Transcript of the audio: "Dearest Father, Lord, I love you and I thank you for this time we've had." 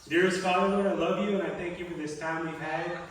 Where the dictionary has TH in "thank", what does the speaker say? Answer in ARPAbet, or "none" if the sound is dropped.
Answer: TH